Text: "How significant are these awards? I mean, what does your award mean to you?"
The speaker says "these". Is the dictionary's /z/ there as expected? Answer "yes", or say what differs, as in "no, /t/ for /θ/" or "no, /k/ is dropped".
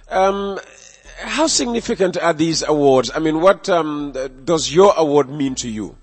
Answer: yes